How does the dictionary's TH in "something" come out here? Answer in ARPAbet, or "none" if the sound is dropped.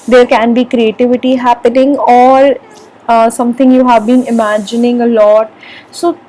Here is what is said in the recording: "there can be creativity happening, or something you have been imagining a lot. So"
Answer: T